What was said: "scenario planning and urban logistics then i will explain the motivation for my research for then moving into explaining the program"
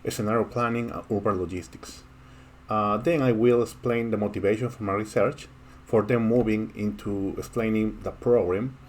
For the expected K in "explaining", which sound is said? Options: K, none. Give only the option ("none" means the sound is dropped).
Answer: K